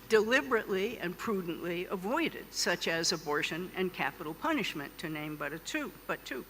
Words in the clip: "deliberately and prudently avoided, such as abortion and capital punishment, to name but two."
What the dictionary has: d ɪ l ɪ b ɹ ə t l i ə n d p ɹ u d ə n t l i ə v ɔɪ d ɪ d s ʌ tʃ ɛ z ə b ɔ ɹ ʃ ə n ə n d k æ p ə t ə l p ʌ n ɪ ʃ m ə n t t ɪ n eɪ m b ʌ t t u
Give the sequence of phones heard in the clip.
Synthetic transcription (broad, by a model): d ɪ l ɪ b ɹ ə t l i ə n p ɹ u d n t l i ə v ɔɪ d ɪ d s ʌ tʃ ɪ z ə b ɔ ɹ ʃ ə n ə n k æ p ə t l p ʌ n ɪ ʃ m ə n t t ɪ n eɪ m b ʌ t t u